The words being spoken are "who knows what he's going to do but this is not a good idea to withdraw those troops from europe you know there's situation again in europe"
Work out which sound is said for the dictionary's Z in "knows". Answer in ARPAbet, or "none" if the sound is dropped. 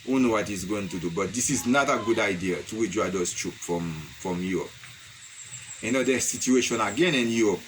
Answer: none